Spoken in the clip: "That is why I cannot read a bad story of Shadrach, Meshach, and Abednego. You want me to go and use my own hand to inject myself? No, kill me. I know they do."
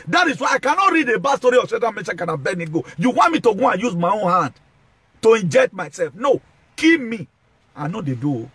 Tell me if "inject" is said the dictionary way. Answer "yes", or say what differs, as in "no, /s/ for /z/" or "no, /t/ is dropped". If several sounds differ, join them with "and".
yes